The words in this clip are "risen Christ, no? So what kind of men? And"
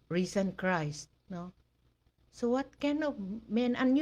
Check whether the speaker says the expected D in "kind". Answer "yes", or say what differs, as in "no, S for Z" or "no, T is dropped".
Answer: no, D is dropped